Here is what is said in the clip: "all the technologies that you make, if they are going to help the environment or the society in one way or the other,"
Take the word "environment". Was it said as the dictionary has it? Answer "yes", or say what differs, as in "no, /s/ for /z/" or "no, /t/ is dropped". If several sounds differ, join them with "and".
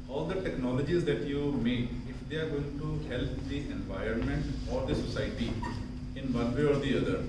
yes